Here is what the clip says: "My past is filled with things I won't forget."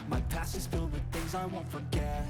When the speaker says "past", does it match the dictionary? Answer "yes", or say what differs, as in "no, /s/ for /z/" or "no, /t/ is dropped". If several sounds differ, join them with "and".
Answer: no, /t/ is dropped